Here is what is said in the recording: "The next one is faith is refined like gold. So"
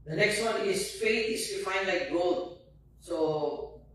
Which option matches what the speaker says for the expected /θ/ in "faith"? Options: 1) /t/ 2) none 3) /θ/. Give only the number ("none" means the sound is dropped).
1